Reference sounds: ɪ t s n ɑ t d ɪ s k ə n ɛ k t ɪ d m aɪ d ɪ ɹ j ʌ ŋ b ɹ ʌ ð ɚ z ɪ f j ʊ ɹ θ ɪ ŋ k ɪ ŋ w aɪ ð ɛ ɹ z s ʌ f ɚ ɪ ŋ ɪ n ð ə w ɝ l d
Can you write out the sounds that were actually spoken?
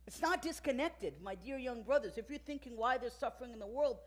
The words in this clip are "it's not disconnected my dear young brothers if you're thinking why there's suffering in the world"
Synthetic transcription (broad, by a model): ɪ t s n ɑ t d ɪ s k ə n ɛ k t ɪ d m aɪ d ɪ ɹ j ʌ ŋ b ɹ ʌ ð ɚ z ɪ f j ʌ ɹ θ ɪ ŋ k ɪ ŋ w aɪ ð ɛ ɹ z s ʌ f ɚ ɪ ŋ ɪ n ð ə w ɝ l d